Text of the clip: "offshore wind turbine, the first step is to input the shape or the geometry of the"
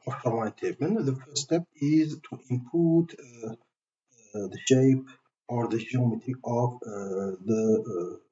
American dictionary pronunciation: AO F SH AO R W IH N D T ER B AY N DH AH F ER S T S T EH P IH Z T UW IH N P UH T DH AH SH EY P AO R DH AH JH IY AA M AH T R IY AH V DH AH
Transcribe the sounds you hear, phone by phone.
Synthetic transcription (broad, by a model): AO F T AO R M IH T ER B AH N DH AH F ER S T S T EH P IH Z T UW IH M P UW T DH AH SH EY P AO R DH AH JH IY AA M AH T IY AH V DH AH